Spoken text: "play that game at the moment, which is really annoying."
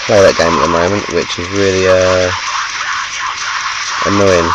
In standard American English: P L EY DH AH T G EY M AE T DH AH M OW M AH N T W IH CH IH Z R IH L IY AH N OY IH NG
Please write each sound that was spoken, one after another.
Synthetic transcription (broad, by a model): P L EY DH AH T G EY M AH T DH AH M OW M AH N T W IH CH IH Z R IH L IY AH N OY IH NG